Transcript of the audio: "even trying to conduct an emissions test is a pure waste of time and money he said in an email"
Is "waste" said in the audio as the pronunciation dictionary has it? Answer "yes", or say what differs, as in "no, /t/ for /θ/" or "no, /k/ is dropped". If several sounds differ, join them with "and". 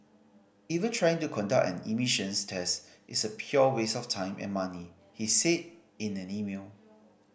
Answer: no, /t/ is dropped